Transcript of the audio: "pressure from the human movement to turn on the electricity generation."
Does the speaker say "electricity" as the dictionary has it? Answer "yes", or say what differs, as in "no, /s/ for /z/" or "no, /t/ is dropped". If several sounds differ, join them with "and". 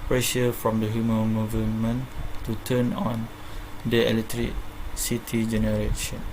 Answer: no, /k/ is dropped